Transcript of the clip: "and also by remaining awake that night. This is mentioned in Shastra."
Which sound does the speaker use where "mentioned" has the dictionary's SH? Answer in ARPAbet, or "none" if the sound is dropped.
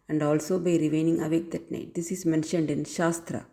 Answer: SH